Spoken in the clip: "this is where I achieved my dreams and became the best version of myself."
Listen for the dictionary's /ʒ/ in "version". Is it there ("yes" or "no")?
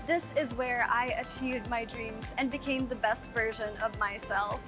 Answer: yes